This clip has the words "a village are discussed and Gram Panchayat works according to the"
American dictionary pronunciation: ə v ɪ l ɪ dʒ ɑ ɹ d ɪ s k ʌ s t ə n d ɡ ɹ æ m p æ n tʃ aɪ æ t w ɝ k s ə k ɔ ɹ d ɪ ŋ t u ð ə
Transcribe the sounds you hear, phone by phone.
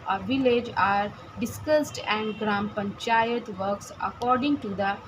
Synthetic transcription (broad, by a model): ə v ɪ l ɪ dʒ ɑ ɹ d ɪ s k ʌ s t ə n d ɡ ɹ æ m p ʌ n tʃ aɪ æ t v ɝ k s ə k ɔ ɹ d ɪ ŋ t u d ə